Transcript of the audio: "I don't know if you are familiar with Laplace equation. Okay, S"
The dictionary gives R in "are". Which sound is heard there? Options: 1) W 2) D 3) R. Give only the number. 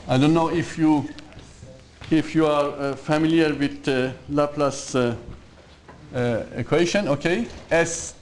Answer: 3